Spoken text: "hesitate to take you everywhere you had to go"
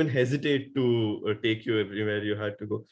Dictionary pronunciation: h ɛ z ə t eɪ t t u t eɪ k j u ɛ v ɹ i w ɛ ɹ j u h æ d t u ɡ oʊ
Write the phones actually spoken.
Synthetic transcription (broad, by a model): h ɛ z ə t eɪ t t u t eɪ k j u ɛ p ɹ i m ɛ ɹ j u h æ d t u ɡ oʊ